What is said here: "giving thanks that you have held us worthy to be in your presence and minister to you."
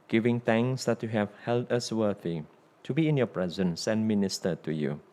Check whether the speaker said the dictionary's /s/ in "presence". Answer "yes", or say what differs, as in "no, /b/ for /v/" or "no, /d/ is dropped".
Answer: yes